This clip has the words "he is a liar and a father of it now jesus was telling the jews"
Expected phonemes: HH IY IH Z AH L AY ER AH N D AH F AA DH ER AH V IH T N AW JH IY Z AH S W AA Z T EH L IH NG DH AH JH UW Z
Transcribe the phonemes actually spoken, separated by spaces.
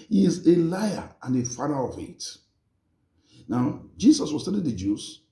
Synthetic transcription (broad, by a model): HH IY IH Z AH L AY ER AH N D AH F AA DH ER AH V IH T N AW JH IY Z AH S W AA S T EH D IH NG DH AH JH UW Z